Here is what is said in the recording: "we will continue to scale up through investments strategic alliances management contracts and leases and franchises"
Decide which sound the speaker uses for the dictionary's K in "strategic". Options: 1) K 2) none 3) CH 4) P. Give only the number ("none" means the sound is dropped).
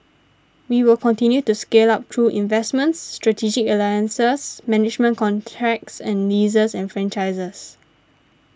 1